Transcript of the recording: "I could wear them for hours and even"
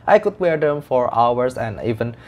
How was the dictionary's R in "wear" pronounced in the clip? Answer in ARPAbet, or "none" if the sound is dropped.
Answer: R